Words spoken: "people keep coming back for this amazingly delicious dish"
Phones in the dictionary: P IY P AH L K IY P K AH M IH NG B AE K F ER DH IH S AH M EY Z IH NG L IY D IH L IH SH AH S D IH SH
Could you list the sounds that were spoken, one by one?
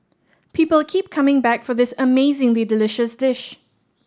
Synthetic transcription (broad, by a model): P IY P AH L K IY P K AH M IH NG B AE K F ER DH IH S AH M EY Z IH NG L IY D IH L IH SH AH S D IH SH